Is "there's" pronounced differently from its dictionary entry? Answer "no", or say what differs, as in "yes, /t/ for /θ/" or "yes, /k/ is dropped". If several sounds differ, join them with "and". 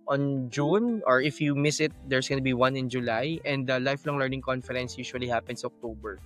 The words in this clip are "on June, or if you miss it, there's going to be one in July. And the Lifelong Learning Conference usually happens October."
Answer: yes, /s/ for /z/